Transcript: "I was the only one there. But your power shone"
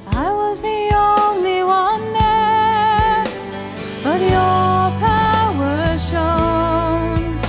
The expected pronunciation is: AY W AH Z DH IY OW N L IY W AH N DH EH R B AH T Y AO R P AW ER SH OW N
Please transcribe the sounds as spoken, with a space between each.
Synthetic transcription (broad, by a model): AY W AH Z DH IY OW N L IY W AH N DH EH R B AH T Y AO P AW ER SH OW N